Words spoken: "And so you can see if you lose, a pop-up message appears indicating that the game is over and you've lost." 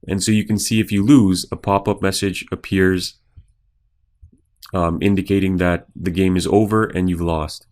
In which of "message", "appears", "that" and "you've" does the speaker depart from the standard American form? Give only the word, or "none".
none